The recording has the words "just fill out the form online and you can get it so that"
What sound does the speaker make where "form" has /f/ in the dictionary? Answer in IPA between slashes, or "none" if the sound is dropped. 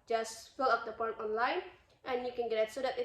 /p/